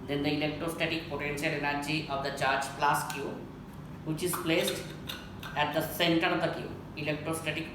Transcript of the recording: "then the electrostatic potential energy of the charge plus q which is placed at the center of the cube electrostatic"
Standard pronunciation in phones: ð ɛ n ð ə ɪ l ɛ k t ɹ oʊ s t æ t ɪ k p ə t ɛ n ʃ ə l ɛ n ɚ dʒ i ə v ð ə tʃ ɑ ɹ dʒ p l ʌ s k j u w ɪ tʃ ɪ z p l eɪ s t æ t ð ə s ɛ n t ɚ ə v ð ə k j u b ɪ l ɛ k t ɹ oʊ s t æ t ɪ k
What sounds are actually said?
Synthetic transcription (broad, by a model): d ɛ n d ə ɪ l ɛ k t ɹ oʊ s t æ t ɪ k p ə t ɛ n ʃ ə l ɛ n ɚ dʒ i ə v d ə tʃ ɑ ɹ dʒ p l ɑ s k j u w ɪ tʃ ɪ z p l eɪ s t æ t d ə s ɛ n t ɚ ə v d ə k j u ɪ l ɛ k t ɹ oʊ s t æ t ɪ k